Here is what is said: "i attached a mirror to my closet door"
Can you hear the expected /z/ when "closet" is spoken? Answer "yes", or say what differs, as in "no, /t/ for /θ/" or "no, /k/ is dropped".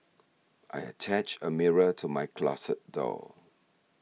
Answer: no, /s/ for /z/